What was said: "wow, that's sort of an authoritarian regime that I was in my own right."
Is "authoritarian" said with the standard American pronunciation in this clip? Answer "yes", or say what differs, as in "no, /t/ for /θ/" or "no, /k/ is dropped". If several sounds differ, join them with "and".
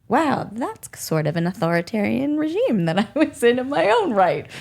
yes